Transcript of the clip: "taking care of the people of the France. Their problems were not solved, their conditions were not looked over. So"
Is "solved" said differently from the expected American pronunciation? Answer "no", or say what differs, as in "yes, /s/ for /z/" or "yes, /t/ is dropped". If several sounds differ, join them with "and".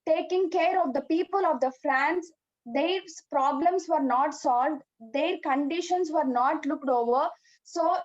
no